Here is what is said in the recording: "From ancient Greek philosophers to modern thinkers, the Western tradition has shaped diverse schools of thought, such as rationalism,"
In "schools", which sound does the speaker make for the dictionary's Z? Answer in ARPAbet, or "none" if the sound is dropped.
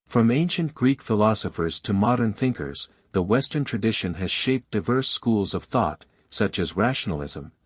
Z